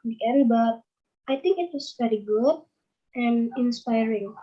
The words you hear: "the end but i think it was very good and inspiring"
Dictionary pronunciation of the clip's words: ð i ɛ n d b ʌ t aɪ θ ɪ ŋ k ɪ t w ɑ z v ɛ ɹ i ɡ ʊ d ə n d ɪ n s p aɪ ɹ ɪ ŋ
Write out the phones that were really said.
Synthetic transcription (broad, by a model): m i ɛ d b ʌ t aɪ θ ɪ ŋ k ɪ t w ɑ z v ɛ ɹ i ɡ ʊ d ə n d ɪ n s p aɪ ɹ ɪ ŋ